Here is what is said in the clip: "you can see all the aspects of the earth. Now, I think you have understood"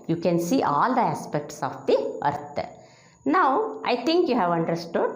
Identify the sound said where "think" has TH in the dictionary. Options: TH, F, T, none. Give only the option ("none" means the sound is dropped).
T